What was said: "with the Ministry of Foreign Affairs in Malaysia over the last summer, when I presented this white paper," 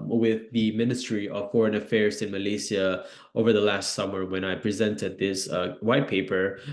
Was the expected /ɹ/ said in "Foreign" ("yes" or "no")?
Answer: yes